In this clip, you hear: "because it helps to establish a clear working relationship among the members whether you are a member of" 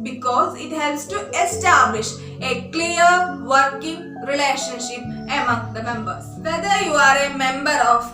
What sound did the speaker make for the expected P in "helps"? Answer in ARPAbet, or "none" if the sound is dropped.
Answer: none